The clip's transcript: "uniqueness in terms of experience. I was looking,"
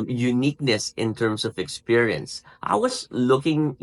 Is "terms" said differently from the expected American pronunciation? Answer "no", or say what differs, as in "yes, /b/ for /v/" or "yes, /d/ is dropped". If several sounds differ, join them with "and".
yes, /s/ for /z/